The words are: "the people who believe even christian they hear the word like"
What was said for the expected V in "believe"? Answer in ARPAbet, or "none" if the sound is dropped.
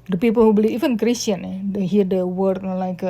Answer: none